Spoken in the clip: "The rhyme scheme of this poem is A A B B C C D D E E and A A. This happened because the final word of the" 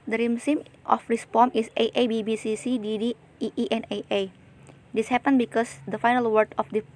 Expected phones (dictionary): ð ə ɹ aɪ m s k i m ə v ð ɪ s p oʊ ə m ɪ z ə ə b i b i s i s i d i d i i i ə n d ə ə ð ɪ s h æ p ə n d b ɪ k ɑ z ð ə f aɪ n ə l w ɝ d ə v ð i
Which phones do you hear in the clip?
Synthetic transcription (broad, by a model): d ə ɹ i m s i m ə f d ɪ s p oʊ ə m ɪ s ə ə b i b i s i s i d i d i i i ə n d ə ə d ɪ s h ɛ p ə n b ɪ k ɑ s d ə f aɪ n ə l w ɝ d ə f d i